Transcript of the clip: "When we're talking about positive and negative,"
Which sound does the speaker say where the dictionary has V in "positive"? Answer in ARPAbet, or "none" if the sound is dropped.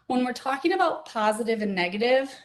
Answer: V